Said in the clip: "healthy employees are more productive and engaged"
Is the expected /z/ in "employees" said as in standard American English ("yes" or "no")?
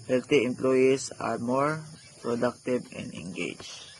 no